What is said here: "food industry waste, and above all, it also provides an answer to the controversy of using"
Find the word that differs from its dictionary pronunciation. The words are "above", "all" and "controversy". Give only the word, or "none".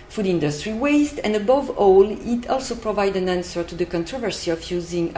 none